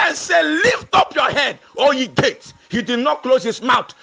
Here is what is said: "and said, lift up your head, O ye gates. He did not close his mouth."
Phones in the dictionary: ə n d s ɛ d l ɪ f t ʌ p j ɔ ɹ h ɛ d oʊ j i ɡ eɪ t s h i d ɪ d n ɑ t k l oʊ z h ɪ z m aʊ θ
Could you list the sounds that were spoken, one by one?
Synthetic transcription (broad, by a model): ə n s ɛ l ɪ f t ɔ p j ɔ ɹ h ɛ d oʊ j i ɡ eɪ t h i d ɪ d n ɑ t k l oʊ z h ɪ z m aʊ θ